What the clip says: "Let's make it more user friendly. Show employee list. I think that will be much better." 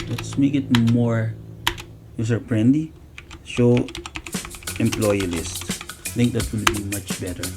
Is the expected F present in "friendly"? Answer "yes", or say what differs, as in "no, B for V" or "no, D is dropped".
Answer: no, P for F